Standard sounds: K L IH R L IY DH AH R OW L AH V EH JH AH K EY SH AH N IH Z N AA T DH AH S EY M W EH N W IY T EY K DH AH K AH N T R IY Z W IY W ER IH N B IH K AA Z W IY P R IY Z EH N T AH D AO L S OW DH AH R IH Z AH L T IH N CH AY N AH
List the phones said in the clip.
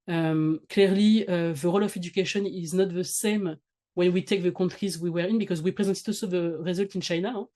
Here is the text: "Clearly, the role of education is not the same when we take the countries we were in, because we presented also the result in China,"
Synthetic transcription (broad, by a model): K L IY R L IY DH AH R OW L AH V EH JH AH K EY SH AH N IH Z N AA T DH AH S EY M W EH N W IY T EY K DH AH K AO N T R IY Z W IY W ER IH N B IH K AA Z W IY P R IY Z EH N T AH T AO S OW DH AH R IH Z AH L T IH N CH AY N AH